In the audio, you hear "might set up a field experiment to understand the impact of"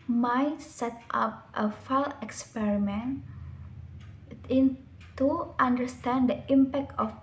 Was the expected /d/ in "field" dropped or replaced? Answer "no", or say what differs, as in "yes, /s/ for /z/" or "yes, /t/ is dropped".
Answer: yes, /d/ is dropped